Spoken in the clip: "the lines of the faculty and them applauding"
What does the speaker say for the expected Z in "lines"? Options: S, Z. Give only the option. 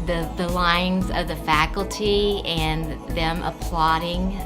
Z